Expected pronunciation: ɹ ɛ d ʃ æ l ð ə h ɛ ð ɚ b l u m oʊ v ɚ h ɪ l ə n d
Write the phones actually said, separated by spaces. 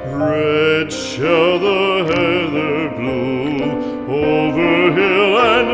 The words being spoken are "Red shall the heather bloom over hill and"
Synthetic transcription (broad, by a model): ɹ ɛ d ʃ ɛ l ð ə h ɛ ð ɚ b l u oʊ v ɚ h ɪ l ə n